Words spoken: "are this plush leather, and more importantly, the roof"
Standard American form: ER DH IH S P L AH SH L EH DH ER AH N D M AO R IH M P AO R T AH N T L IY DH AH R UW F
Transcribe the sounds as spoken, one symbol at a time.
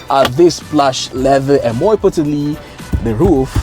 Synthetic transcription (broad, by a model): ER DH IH S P L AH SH L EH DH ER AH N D M AO R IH P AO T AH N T L IY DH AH R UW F